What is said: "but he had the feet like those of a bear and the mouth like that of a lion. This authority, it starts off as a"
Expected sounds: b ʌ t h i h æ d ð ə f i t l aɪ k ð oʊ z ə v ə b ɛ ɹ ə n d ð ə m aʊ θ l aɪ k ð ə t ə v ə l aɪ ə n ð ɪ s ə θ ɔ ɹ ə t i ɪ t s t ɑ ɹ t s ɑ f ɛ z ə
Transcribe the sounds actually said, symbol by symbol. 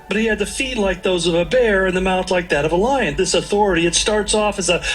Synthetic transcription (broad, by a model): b ʌ t h i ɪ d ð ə f i t l aɪ k ð oʊ z ə v ə b ɛ ɹ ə n ð ə m aʊ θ l aɪ k ð ə t ə v ə l aɪ ə n ð ɪ s ə θ ɔ ɹ ə t i ɪ t s t ɑ ɹ t s ɑ f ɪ z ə